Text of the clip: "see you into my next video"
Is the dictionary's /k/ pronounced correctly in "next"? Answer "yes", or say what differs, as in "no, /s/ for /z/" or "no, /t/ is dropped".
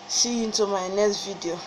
no, /k/ is dropped